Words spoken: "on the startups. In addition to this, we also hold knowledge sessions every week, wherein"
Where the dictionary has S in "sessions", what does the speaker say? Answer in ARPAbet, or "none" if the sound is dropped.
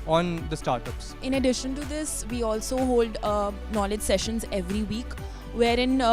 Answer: S